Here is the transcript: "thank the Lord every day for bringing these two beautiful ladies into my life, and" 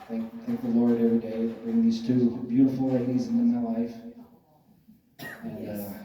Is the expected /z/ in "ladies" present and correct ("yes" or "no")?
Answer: yes